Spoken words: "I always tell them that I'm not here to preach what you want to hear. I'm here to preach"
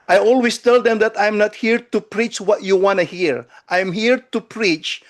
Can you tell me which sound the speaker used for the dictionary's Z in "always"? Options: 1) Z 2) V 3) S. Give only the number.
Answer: 3